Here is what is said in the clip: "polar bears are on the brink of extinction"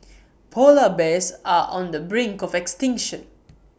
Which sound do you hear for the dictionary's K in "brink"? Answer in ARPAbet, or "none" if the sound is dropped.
K